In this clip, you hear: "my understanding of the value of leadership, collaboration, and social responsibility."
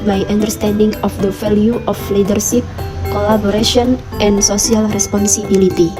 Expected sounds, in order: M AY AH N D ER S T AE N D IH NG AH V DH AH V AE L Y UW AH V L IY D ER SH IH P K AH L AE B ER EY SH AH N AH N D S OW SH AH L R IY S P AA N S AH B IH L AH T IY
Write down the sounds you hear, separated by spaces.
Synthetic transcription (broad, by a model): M AY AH N D ER S T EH N D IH NG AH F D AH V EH L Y UW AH F L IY D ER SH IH P K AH L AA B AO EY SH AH N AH N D S OW S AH L R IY S P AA N S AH B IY L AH T IY